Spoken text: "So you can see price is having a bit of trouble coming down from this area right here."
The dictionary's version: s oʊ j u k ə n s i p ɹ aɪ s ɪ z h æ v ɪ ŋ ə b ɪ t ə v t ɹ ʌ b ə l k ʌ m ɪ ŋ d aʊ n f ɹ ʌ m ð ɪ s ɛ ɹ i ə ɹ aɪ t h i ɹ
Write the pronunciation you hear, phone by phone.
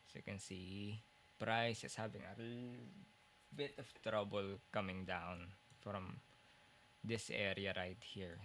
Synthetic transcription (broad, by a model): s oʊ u k ə n s i p ɹ aɪ s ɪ s h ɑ b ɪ ŋ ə b ɪ t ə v t ɹ ʌ b ə l k ʌ m ɪ ŋ d aʊ n f ɹ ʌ m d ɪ s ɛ ɹ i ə ɹ aɪ t h i ɹ